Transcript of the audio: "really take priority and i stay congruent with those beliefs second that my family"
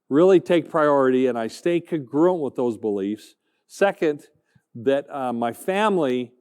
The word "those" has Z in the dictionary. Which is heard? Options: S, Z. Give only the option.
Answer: Z